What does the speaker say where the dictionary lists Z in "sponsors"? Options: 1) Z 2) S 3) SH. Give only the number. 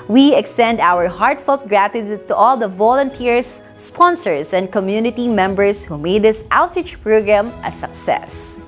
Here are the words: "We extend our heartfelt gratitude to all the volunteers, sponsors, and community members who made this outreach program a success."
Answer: 2